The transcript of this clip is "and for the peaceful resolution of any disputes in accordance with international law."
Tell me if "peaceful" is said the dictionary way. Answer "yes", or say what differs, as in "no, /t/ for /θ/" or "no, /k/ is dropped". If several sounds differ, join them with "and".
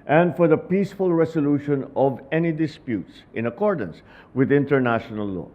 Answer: yes